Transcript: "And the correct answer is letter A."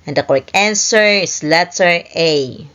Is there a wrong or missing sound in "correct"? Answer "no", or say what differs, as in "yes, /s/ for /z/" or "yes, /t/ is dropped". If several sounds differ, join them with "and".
yes, /t/ is dropped